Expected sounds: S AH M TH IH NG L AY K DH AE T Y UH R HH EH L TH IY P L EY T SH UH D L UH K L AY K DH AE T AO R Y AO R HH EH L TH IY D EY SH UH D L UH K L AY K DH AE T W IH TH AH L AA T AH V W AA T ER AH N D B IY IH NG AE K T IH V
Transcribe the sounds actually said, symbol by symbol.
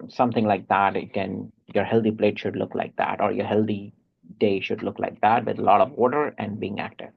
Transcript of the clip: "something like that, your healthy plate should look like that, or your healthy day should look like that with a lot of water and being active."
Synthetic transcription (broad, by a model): S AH M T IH NG L AY K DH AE T Y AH R HH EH L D IY P L EY T SH UH D L UH K L AY K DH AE T AO R Y AO R HH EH L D IY D EY SH UH D L UH K L AY K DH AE T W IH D AH L AA T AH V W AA T ER AH N D B IY IH NG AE K T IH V